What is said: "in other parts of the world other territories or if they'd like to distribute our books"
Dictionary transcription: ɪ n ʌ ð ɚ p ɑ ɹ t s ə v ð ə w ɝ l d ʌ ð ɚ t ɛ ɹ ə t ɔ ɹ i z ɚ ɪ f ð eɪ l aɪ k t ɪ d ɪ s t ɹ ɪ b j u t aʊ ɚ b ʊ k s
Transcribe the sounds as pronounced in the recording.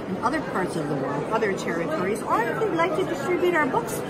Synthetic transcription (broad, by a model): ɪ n ʌ ð ɚ p ɑ ɹ t s ə v ð ə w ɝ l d ʌ ð ɚ t ɛ ɹ ə t ɔ ɹ i z ɚ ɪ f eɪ l aɪ k t ɪ d ɪ s t ɹ ɪ b j u t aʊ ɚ b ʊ k s